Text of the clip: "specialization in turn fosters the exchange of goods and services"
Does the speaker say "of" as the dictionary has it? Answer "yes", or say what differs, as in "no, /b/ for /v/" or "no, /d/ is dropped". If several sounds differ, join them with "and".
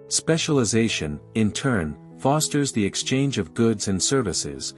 yes